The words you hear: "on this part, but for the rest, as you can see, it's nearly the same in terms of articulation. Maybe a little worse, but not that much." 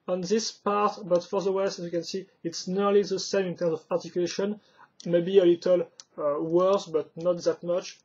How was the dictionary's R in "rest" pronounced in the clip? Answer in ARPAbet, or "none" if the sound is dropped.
W